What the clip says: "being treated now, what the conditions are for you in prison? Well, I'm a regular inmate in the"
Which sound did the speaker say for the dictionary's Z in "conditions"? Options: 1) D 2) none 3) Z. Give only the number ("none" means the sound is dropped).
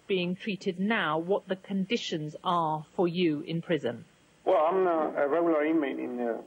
3